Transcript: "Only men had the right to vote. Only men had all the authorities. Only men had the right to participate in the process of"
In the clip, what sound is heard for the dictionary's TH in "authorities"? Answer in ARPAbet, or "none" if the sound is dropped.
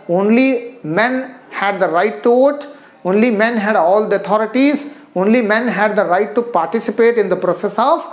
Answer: T